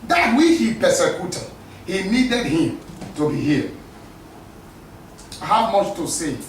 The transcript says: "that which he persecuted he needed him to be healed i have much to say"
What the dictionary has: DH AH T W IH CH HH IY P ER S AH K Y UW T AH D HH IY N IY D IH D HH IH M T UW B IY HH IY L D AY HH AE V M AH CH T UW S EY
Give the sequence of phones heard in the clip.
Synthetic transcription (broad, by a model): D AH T W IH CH HH IY P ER S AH K Y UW T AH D HH IY N IY D IH D HH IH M T UW B IY HH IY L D HH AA W M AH CH T UW S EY